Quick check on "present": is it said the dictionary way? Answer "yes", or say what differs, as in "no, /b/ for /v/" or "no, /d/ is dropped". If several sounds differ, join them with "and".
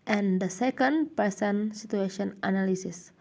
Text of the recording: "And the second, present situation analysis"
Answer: no, /ɹ/ is dropped and /s/ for /z/